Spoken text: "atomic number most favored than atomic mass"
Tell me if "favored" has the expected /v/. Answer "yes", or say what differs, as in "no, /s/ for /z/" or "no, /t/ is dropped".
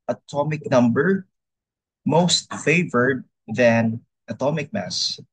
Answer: yes